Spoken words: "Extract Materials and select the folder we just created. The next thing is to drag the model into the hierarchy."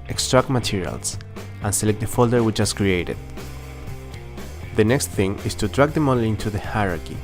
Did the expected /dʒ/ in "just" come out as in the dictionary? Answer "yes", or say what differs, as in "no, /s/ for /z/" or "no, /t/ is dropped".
no, /tʃ/ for /dʒ/